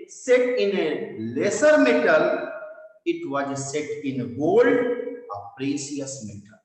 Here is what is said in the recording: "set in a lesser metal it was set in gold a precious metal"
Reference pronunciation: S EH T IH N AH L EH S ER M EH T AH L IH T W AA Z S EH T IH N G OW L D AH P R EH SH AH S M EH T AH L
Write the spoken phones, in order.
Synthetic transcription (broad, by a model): S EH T IH N AH L EH S ER M EH T AH L IH T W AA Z S EH T IH N G OW L D AH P R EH S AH S M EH T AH L